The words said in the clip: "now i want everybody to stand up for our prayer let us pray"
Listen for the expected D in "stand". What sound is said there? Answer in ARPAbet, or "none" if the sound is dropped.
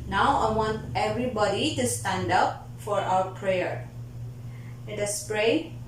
D